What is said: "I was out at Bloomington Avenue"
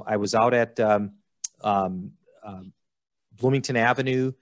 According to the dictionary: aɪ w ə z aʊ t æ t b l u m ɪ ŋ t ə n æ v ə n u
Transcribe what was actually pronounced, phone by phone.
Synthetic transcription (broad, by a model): aɪ w ə z aʊ t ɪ t b l u m ɪ ŋ t ə n æ v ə n u